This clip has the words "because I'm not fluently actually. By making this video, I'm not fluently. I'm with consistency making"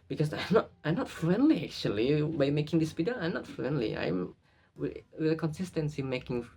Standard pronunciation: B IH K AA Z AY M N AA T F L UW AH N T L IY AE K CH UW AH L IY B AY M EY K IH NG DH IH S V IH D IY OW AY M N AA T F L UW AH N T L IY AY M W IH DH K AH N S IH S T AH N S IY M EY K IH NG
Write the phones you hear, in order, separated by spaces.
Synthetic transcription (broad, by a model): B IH K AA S AY M N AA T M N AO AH N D L IY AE K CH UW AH L IY B AY M EY K IH NG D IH S P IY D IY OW AY M N AA T F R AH N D L IY AY M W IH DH K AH N S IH S T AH N S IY M EY K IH NG